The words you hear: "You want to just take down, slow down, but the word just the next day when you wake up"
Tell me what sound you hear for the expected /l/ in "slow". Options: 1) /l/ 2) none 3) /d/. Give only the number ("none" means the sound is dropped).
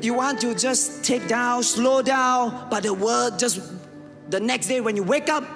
1